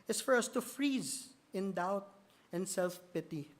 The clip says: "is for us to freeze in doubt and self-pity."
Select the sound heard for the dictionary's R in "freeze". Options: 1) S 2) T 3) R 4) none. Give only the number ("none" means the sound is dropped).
3